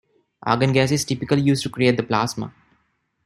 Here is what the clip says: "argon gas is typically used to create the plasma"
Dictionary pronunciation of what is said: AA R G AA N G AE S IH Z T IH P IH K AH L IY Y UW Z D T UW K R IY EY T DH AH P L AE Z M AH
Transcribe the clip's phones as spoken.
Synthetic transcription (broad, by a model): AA G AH N G AE S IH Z T IH P IH K AH L IY Y UW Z T UW K R IY EY T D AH P L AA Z M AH